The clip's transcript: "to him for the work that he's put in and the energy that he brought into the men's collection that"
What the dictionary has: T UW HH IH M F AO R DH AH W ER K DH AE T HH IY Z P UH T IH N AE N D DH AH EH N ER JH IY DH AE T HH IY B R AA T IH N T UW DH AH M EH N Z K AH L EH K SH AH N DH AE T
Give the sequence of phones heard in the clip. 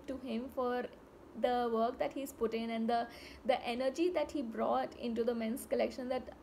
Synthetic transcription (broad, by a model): T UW HH IH M F AO R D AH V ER K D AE T HH IY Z P UH T IH N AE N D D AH EH N ER JH IY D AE T HH IY B R AA T IH N T UW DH AH M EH N S K AH L EH K SH AH N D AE T